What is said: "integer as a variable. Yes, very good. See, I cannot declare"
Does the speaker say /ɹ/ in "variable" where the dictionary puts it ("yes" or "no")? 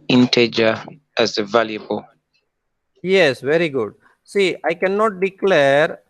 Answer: no